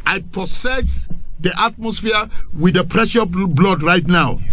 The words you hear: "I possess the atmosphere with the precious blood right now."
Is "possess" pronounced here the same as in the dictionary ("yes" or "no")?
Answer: no